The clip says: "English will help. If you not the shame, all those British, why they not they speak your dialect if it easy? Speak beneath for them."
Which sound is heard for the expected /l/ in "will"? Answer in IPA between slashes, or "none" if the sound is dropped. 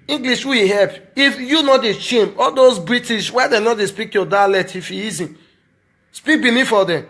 /w/